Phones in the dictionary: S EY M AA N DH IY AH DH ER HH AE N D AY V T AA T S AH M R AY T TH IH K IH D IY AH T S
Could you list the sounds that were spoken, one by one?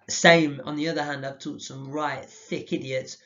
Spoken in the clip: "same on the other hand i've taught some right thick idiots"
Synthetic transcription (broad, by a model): S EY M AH N DH IY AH DH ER HH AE N D AY V T AA T S AH M R AY T TH IH K IH D IY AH T S